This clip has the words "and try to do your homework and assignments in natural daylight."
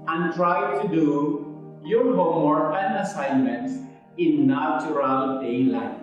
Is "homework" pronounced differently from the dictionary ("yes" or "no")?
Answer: yes